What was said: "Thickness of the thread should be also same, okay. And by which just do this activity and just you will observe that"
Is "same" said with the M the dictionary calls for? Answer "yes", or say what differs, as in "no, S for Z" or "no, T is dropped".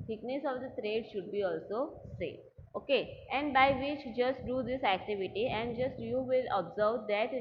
no, M is dropped